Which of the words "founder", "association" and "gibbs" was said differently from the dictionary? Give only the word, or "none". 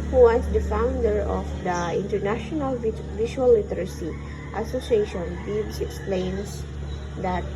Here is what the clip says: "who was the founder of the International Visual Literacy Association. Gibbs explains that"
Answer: gibbs